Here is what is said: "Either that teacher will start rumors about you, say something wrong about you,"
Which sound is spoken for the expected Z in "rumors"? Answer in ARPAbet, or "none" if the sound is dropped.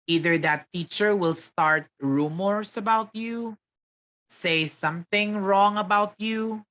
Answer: S